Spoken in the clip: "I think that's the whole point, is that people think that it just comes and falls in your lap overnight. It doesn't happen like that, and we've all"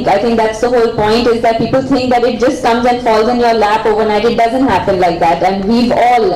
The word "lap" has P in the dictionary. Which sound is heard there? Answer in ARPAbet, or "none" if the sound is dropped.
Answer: F